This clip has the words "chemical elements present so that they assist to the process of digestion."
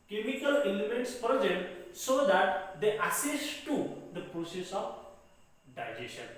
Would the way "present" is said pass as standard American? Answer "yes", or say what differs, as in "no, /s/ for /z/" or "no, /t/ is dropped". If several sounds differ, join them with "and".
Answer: no, /ɹ/ is dropped